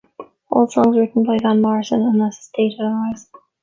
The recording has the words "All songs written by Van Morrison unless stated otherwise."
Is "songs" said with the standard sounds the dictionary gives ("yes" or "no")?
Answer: yes